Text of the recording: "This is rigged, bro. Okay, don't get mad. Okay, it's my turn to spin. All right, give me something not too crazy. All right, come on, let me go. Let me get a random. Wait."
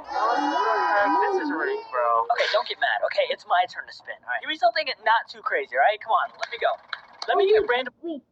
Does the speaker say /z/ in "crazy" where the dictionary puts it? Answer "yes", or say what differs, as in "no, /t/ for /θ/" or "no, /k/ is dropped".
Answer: yes